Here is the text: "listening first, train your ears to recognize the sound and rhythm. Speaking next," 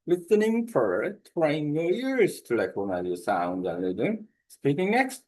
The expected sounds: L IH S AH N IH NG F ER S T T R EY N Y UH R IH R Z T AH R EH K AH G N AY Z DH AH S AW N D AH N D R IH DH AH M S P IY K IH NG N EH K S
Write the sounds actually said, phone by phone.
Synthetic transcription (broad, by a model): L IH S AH N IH NG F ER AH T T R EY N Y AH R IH R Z T AH L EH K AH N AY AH S AW N D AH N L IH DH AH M S P IY K IH NG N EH K S